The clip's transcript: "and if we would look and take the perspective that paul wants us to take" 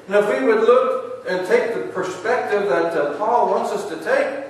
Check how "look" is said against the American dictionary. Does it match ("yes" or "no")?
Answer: yes